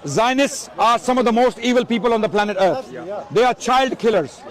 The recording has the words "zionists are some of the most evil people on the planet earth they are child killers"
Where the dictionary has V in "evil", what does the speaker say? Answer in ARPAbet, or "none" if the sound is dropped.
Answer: V